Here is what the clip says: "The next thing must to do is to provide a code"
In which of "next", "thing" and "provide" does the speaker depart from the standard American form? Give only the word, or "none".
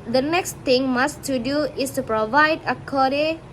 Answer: thing